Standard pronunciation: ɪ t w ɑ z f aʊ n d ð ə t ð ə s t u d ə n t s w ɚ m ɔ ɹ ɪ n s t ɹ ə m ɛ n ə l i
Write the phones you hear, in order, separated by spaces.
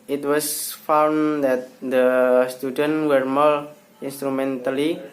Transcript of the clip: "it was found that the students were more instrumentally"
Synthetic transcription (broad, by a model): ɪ t w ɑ s f aʊ n d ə t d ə s t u d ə n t w ɚ m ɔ l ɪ n s t ɹ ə m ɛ n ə l i